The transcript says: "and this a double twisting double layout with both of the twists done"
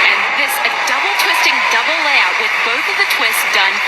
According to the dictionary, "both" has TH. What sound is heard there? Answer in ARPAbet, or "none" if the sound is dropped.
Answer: TH